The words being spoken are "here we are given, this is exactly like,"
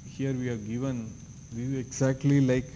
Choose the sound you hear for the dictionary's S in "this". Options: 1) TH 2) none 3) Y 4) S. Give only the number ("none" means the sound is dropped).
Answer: 2